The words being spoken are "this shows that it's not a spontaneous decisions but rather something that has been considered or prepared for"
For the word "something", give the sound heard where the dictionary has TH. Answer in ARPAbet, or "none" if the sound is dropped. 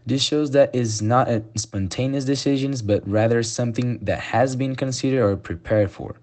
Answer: TH